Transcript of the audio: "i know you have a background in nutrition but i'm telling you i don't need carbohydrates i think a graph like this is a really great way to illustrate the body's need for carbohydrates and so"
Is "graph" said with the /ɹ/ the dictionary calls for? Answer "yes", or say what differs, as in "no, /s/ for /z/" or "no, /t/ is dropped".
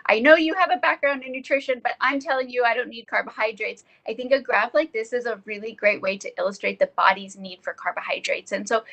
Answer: yes